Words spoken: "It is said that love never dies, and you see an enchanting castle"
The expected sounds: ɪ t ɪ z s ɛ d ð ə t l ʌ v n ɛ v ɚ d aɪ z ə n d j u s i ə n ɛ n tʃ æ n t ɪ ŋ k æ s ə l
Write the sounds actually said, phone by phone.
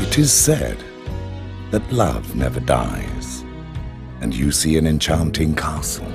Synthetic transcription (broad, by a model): ɪ t ɪ z s ɛ d ð ə t l ʌ v n ɛ v ɚ d aɪ z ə n j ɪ s i ə n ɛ n tʃ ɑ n t ɪ ŋ k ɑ s l